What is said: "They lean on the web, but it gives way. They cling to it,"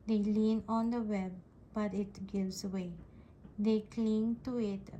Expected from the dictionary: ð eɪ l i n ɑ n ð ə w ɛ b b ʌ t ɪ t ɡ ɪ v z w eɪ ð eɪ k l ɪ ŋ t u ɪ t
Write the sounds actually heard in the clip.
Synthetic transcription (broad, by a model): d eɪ l i n ɑ n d ə w ɛ b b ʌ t ɪ t ɡ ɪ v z w eɪ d eɪ k l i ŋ t u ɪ t